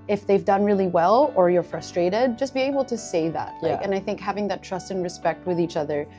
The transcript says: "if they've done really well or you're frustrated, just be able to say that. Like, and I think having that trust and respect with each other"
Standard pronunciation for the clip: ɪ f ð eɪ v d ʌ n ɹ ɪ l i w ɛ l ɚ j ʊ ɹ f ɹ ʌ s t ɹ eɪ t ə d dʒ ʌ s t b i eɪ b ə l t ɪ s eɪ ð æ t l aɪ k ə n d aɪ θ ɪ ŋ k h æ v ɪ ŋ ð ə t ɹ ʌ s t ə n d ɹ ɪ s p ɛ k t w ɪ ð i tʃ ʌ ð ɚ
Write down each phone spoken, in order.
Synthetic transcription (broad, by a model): ɪ f ð eɪ v d ʌ n ɹ ɪ l i w ɛ l ɚ j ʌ ɹ f ɹ ʌ s t ɹ eɪ t ə d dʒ ʌ s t b i eɪ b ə l t ɪ s eɪ ð æ t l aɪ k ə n aɪ θ ɪ ŋ k h æ v ɪ ŋ ð ə t ɹ ʌ s t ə n ɹ ɪ s p ɛ k t w ɪ ð i tʃ ʌ ð ɚ